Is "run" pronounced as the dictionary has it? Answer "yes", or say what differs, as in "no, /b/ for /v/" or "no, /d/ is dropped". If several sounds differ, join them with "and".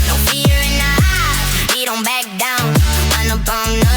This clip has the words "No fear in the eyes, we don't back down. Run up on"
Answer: no, /w/ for /ɹ/